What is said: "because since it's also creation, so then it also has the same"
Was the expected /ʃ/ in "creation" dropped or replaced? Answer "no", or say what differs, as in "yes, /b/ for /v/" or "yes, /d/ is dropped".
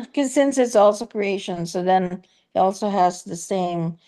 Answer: no